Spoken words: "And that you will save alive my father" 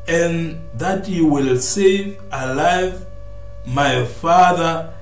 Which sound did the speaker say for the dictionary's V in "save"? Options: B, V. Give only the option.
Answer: V